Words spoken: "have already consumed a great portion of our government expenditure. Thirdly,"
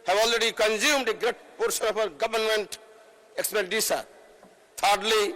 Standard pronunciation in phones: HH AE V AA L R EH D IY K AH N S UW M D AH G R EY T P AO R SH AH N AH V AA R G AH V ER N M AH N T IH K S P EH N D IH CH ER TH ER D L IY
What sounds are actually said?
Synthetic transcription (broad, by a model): HH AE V AA L R EH D IY K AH N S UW M D AH G R EY T P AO R S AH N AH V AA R G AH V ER N M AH N T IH K S P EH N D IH S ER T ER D L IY